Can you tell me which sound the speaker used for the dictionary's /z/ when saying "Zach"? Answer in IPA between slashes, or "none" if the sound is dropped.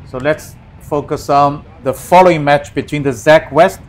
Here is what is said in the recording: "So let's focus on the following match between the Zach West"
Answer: /z/